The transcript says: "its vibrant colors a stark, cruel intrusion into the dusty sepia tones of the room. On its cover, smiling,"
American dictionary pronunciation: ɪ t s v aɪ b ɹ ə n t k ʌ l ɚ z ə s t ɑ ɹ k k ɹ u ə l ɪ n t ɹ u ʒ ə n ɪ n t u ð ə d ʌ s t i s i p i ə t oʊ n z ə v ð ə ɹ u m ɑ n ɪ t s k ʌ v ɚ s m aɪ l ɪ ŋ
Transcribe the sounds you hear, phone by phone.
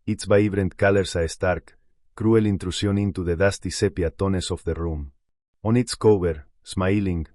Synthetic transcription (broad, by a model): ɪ t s b aɪ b ɹ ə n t k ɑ l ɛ s ə s t ɑ ɹ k k ɹ u ə l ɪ n t ɹ u s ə n ɪ n t u ð ə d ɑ s t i s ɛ p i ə t oʊ n s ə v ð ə ɹ u m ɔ n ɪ t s k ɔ b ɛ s m aɪ l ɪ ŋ